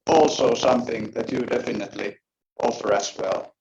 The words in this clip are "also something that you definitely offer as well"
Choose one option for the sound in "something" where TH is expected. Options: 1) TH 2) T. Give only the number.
1